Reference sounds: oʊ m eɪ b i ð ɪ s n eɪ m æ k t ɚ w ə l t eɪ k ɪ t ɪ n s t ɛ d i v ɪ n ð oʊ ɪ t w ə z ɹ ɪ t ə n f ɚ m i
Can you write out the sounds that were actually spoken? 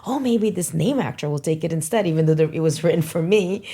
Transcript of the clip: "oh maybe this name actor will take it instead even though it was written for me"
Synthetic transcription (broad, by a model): oʊ m eɪ b i ð ɪ s n eɪ m æ k t ɚ w ə l t eɪ k ɪ t ɪ n s t ɛ d i v ɪ n ð oʊ ɪ t w ə z ɹ ɪ t n f ɚ m i